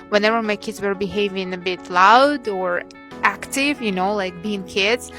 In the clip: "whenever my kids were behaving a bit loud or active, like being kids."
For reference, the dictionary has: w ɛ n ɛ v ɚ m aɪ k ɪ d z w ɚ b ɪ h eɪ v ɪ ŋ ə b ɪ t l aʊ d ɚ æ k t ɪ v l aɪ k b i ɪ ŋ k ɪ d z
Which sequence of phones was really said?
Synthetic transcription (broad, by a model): w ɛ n ɛ v ɚ m aɪ k ɪ d z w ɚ b ɪ h eɪ v ɪ ŋ ə b ɪ t l aʊ d ɚ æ k t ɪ v l aɪ k b i ɪ ŋ k ɪ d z